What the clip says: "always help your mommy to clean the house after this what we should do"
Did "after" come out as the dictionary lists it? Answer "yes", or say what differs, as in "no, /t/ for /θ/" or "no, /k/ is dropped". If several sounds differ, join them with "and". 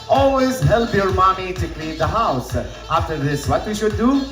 yes